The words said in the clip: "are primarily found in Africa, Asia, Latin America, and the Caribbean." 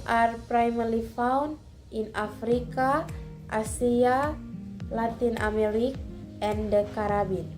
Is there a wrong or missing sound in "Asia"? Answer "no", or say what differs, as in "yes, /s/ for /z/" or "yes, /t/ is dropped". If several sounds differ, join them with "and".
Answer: yes, /s/ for /ʒ/